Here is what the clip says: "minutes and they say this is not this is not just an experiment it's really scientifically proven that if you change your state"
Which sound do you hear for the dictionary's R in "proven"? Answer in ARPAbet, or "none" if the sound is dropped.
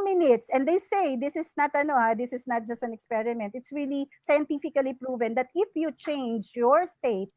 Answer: R